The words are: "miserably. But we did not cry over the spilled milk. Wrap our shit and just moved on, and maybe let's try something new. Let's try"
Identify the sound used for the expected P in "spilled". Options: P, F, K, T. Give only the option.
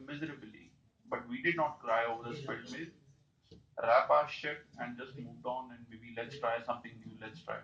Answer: F